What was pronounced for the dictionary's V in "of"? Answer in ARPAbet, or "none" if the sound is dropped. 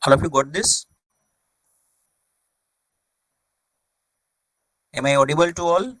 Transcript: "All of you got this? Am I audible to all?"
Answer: P